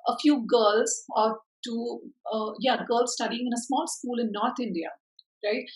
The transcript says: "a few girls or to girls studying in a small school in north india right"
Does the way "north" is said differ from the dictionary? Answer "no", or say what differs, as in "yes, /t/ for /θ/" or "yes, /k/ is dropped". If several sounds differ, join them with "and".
yes, /t/ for /θ/